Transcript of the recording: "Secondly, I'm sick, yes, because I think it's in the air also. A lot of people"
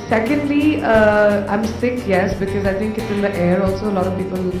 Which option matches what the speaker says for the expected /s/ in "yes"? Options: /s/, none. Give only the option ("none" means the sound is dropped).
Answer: /s/